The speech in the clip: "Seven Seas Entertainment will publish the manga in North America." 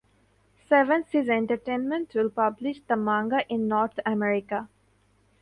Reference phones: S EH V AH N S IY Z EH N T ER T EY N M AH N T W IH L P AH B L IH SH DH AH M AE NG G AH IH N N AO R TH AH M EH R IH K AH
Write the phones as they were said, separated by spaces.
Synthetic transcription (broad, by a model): S EH V AH N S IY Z EH N T ER T EY N M AH N T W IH L P AH B L IH SH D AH M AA NG G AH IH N N AO R T AH M EH R IH K AH